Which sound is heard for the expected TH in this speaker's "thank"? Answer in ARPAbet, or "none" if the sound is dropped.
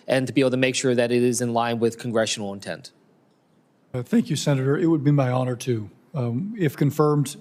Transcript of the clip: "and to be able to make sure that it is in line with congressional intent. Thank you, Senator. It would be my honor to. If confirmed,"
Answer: TH